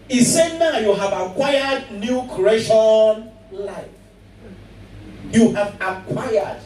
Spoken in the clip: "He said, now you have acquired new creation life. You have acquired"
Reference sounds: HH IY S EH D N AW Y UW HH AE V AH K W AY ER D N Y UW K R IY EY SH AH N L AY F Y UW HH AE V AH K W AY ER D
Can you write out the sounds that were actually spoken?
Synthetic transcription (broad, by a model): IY S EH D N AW Y UW HH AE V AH K W AY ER D N Y UW K IY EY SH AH N L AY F Y UW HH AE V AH K W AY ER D